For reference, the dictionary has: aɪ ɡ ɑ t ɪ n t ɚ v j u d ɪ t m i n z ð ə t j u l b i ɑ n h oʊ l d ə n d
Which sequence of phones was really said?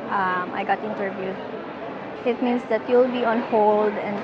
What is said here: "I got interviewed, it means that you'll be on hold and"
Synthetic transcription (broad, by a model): aɪ ɡ ɑ t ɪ n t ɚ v j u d ɪ t m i n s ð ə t j u l b i ɑ n h oʊ l d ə n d